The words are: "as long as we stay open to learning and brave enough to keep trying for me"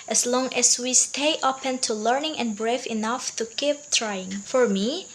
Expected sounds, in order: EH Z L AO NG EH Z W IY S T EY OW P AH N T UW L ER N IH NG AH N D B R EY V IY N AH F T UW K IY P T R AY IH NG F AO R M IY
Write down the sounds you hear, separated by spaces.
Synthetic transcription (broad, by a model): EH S L AO NG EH S W IY S T EY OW P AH N T UW L ER N IH NG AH N B R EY F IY N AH F T UW K IY P T R AY IH NG F AO R M IY